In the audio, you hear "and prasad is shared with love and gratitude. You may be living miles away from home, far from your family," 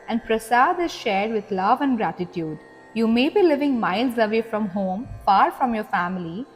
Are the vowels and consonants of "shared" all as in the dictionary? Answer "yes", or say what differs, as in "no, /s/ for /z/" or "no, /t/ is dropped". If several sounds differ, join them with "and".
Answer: yes